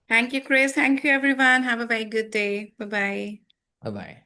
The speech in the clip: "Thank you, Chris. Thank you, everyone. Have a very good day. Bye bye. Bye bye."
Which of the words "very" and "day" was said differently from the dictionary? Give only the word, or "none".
very